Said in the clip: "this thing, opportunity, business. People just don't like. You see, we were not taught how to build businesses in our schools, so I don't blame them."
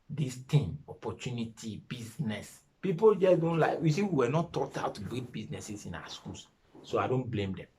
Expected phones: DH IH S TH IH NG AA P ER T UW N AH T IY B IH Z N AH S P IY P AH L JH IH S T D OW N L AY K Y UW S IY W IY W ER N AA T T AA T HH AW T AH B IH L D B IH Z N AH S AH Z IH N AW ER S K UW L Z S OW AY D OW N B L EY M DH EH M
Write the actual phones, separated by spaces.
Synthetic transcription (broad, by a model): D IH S T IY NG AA P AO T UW N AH T IY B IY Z N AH S P IY P AH L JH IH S D OW N L AY K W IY S IY W IY W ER N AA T T AA T AW T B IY D B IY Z N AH S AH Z IH N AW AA S K UW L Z S OW AY D OW N B L EY M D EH M